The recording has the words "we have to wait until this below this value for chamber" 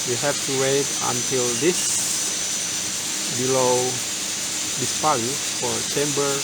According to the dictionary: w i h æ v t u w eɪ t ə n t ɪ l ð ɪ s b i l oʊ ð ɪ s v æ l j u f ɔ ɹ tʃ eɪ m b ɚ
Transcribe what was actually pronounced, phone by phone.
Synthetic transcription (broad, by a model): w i h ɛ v t u w eɪ t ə n t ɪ l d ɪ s b i l oʊ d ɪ s p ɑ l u f ɔ ɹ tʃ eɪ m b ɚ